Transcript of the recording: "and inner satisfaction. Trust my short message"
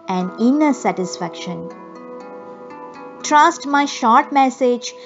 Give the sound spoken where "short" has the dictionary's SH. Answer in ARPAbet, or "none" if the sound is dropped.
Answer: SH